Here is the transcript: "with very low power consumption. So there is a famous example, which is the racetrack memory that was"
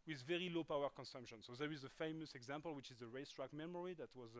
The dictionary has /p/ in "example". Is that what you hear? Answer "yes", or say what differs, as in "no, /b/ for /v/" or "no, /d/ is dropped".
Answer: yes